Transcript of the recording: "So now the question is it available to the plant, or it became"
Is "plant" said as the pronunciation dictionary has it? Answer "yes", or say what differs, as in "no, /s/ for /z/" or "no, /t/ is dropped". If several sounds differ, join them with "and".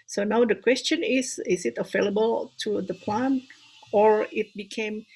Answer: no, /t/ is dropped